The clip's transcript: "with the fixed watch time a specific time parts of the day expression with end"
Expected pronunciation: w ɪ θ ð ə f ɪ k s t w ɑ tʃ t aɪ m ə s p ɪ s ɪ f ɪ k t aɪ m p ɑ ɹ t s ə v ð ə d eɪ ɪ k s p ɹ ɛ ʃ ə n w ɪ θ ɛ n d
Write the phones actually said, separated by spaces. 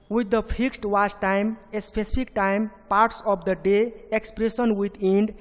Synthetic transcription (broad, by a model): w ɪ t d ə p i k s t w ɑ s t aɪ m ə s p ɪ s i p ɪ k t aɪ m p ɑ ɹ t s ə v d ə d eɪ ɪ k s p ɹ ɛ s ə n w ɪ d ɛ n d